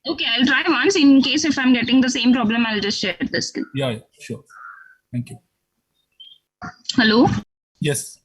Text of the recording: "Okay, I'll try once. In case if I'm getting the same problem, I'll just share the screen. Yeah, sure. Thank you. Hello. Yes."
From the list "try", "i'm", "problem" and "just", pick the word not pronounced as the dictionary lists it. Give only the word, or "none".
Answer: none